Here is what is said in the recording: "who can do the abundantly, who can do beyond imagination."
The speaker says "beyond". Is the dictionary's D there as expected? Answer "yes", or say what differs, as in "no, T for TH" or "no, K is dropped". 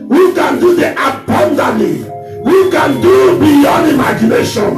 no, D is dropped